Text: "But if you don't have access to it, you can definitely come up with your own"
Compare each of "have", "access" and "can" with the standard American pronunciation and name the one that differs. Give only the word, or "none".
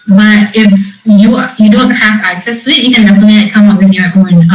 have